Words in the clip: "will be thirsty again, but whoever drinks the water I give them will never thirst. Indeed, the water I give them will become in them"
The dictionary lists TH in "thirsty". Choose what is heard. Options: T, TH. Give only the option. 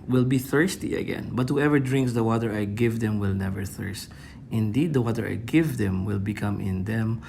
TH